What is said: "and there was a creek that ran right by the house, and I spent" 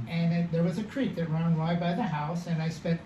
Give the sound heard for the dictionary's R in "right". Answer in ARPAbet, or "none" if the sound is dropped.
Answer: W